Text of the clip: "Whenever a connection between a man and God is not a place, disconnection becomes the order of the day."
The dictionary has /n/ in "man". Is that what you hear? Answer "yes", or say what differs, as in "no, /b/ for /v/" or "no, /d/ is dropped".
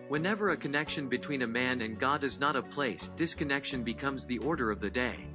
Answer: yes